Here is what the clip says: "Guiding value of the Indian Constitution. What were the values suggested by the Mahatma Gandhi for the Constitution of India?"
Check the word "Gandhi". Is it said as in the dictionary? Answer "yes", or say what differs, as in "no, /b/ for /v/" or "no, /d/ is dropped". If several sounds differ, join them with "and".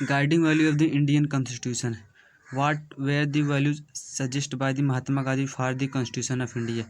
no, /n/ is dropped